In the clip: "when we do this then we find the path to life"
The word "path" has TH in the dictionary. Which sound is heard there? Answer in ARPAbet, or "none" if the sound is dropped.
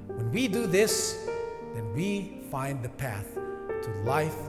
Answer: TH